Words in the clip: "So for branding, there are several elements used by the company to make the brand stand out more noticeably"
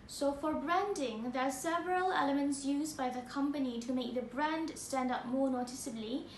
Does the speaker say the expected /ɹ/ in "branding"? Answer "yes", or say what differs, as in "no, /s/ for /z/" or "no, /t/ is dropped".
yes